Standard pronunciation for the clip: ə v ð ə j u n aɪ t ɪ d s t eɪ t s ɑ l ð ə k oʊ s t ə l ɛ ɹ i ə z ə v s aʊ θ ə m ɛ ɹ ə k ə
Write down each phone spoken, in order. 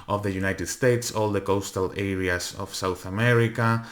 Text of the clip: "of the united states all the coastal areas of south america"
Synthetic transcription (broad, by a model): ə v ð ə j u n aɪ t ɪ d s t eɪ t s ɑ l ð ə k oʊ s t ə l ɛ ɹ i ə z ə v s aʊ θ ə m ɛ ɹ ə k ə